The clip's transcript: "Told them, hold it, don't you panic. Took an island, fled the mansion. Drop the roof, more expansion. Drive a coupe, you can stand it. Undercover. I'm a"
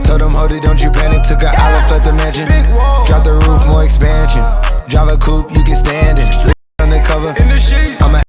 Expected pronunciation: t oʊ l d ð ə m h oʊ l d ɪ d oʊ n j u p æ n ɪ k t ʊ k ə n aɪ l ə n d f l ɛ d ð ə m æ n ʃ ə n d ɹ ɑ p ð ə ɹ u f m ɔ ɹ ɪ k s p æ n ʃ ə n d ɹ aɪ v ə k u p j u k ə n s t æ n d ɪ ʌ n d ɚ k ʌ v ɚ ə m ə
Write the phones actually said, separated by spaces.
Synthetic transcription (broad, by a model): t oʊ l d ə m h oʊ d ɪ d oʊ n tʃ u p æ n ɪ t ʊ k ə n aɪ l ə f ɛ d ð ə m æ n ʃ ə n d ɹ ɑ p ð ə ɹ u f m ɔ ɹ ɪ k s p æ n ʃ ə n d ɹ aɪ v ə k u p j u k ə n s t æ n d ɪ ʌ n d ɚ k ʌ v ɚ ə m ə